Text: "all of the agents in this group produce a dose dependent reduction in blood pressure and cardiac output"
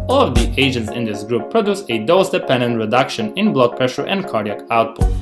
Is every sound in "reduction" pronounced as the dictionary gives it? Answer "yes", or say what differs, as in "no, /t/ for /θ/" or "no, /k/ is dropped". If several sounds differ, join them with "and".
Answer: yes